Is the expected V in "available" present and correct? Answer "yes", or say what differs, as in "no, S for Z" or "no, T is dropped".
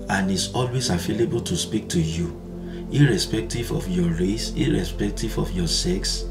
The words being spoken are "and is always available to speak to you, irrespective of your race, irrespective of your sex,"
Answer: no, F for V